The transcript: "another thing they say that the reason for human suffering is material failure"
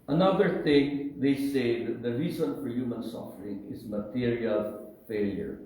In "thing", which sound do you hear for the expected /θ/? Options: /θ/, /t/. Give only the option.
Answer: /t/